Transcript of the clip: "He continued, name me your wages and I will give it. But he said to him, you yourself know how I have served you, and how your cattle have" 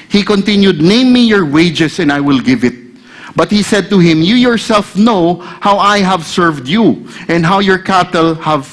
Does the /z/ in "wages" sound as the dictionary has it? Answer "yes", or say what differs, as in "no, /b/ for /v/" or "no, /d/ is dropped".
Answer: no, /s/ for /z/